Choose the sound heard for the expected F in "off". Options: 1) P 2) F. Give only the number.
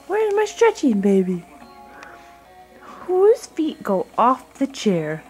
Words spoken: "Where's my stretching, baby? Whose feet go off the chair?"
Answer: 2